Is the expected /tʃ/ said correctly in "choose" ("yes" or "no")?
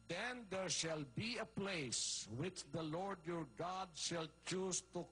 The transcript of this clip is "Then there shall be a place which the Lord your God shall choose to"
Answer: yes